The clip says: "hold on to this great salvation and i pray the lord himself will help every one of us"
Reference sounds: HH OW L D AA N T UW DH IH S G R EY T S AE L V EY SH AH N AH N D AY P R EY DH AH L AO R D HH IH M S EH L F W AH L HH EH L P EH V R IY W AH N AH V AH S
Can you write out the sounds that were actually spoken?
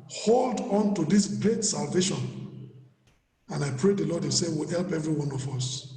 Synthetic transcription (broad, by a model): HH OW L D AA N T UW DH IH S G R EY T S AE L V EY SH AH N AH N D AY P R EY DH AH L AO D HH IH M S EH W AH L HH EH L P EH V R IY W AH N AH V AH S